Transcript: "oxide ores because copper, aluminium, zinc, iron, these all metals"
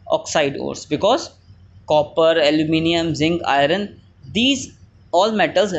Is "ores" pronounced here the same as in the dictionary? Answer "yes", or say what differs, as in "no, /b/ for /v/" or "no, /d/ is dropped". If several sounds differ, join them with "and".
no, /s/ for /z/